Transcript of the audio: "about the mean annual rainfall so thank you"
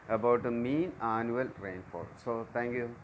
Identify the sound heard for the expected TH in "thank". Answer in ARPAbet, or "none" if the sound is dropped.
T